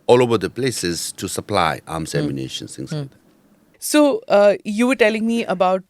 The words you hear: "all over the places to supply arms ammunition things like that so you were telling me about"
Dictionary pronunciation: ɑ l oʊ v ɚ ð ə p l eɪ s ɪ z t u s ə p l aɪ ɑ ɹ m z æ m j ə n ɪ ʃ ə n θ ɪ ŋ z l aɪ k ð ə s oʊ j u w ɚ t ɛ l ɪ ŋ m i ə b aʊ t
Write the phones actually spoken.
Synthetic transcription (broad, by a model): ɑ l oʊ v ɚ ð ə p l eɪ s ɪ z t u s ə p l aɪ ɑ m s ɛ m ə n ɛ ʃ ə n s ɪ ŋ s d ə s oʊ j u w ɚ t ɛ l ɪ ŋ m i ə b aʊ t